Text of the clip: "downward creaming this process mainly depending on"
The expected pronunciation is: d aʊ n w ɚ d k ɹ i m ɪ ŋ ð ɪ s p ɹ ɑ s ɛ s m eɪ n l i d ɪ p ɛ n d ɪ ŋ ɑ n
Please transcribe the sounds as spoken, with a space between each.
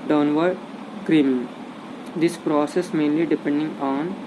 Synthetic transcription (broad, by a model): d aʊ n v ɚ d k ɹ i m ɪ ŋ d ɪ s p ɹ ɑ s ɛ s m eɪ n l i d ɪ p ɛ n d ɪ ŋ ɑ n